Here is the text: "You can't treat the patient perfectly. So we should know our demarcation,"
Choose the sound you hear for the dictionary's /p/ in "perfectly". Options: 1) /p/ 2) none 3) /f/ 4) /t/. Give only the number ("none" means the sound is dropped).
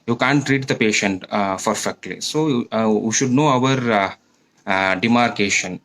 3